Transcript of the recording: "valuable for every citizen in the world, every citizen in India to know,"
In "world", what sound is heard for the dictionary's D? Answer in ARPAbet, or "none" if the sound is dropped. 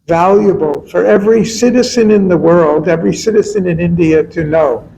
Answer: D